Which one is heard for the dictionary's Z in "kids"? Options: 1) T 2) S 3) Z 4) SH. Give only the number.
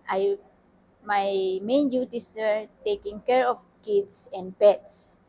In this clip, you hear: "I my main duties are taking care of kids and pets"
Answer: 2